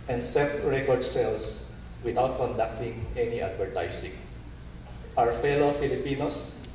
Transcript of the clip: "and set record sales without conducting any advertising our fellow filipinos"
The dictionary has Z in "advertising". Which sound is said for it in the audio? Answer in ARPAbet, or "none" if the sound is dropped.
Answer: S